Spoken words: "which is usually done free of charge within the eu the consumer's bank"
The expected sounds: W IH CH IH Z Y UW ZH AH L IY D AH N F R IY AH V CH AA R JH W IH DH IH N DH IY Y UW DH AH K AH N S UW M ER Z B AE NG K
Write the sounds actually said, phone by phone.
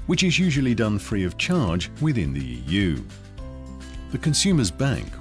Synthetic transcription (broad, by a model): W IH CH IH Z Y UW ZH AH L IY D AH N F R IY AH V CH AA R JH W IH DH IH N DH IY Y UW DH AH K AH N S UW M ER Z B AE NG K